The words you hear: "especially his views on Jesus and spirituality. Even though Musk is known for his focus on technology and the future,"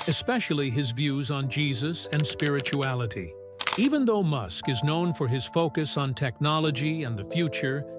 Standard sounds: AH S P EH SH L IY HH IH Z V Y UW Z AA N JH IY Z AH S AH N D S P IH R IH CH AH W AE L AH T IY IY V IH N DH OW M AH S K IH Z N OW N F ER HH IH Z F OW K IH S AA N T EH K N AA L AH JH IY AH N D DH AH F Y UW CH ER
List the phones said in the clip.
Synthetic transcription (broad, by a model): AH S P EH SH L IY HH IH Z V Y UW Z N JH IY Z AH S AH N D S P IH R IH CH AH AE L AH T IY IY V IH N DH OW M AH S K IH Z N OW N F ER IH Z F OW K IH S N T EH K N AA L AH JH IY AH N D DH AH F Y UW CH ER